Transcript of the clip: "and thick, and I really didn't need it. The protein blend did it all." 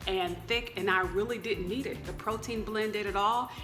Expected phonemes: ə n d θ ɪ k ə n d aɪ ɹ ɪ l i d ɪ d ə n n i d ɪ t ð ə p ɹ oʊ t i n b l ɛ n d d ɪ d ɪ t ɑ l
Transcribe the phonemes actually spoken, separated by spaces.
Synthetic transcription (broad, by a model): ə n θ ɪ k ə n aɪ ɹ ɪ l i d ɪ d n n i d ɪ t ð ə p ɹ oʊ t i n b l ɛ n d d ɪ d ɪ t ɑ l